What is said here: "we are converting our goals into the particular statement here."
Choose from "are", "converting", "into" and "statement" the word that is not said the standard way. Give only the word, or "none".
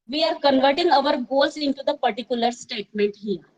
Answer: none